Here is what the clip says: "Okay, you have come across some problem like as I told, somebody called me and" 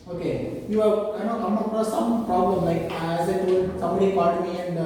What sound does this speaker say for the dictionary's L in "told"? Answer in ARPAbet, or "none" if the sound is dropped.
none